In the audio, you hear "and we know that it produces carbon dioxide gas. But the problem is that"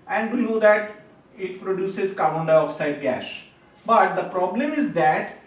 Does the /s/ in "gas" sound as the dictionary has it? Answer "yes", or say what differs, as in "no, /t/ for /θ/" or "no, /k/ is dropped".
no, /ʃ/ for /s/